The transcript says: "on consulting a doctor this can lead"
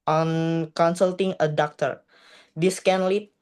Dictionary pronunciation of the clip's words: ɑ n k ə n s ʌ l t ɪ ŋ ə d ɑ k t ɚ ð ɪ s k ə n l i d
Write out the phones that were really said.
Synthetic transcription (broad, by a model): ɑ n k ə n s ʌ l t ɪ ŋ ə d ɑ k t ɚ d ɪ s k ə n l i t